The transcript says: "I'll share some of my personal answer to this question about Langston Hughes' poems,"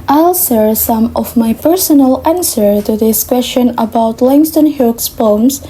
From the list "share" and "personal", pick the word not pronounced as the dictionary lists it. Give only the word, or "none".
share